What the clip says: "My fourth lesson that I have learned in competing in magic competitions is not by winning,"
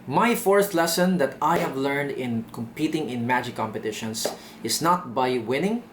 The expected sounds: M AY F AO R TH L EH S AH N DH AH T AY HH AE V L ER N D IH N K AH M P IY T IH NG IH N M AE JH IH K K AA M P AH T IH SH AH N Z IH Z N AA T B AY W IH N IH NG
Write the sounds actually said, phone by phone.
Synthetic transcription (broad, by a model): M AY F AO R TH L EH S AH N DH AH T AY HH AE V L ER N D IH N K AH M P IY T IH NG IH N M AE JH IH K K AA M P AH T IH SH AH N S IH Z N AA T B AY W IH N IH NG